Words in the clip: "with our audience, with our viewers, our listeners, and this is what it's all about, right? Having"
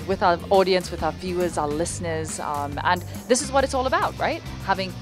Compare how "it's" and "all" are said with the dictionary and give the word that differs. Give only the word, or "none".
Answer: none